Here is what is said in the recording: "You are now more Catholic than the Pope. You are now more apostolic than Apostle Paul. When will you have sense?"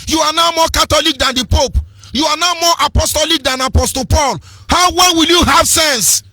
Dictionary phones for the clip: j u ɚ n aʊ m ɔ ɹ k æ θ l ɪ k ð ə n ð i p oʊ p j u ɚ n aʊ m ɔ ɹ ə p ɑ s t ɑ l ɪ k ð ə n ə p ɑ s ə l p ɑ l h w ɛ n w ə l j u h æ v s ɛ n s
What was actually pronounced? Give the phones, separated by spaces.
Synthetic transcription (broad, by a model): j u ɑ n aʊ m ɔ k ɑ t l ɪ k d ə n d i p oʊ p j u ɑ n aʊ m ɔ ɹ ə p ɑ s t ɑ l ɪ k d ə n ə p ɑ s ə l p ɑ l h w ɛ l w ə l j u h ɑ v s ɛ n s